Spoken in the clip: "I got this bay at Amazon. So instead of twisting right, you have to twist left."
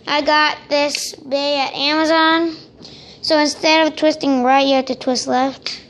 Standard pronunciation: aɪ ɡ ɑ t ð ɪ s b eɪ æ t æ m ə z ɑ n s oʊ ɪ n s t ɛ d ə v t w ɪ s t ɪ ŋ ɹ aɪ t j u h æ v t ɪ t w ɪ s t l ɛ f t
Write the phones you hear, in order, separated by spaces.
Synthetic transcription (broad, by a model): aɪ ɡ ɑ t ð ɪ s b eɪ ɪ t æ m ə z ɑ n s oʊ ɪ n s t ɛ d ə v t w ɪ s t ɪ ŋ ɹ aɪ t h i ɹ t ɪ t w ɪ s t l ɛ f t